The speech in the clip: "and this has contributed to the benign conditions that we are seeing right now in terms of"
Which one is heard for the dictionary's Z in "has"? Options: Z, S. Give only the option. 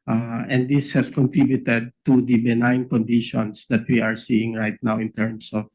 S